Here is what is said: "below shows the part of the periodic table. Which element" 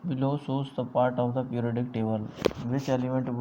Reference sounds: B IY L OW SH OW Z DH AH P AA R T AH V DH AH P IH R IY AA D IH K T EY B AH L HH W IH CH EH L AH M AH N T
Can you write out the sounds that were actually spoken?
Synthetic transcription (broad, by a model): B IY L OW S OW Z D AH P AA R T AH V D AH P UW R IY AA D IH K T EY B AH L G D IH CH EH L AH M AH N T